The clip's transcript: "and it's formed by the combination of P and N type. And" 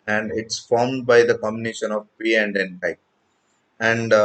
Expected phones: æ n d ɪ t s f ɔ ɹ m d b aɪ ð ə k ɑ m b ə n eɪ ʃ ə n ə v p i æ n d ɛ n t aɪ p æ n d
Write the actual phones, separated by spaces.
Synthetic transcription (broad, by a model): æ n d ɪ t s f ɔ ɹ m d b aɪ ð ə k ɑ m b ə n eɪ ʃ ə n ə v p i æ n d ɛ n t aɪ æ n d